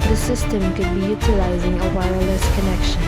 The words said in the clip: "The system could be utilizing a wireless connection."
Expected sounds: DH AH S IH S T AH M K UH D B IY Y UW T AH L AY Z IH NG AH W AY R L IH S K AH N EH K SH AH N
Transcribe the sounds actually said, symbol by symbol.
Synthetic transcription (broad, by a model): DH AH S IH S T AH M K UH D B IY Y UW T AH L AY Z IH NG AH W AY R L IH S K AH N EH K SH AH N